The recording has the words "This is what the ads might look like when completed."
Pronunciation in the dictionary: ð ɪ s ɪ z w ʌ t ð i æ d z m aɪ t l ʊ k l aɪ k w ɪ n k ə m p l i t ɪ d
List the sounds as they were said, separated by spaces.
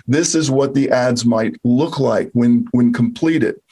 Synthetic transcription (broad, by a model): ð ɪ s ɪ z w ʌ t ð i æ d z m aɪ t l ʊ k l aɪ k w ɪ n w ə m p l i t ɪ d